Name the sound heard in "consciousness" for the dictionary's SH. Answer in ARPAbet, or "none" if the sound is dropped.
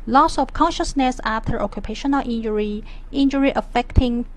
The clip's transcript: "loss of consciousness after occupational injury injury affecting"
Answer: SH